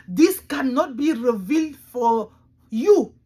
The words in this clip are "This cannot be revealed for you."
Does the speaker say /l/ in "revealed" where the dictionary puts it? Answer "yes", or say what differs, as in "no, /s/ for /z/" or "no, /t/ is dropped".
yes